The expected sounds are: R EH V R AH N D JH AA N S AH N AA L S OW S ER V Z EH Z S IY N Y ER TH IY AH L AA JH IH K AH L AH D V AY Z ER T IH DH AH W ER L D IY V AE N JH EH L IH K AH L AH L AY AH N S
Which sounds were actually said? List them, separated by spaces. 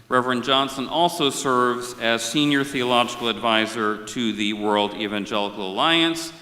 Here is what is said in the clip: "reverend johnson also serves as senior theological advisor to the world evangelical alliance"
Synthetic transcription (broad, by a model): R EH V R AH N JH AA N S AH N AA L S OW S ER V Z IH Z S IY N Y ER TH IY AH L AA JH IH K L AH D V AY Z ER T IH DH AH W ER L D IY V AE N JH EH L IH K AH L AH L AY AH N S